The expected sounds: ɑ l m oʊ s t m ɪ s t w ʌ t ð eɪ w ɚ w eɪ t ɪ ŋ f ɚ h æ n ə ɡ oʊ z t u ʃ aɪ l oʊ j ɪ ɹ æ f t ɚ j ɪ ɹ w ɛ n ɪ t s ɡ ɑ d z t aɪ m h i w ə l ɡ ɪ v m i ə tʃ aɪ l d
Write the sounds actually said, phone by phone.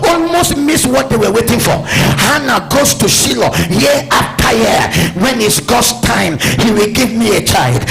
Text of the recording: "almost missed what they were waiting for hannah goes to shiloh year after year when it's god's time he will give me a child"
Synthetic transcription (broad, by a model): ɑ l m oʊ s t m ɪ s w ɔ t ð eɪ w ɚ w eɪ t ɪ ŋ f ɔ h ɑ n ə ɡ oʊ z t u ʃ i l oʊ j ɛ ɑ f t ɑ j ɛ w ɛ n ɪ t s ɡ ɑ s t aɪ m h i w ə l ɡ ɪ v m i ə tʃ aɪ l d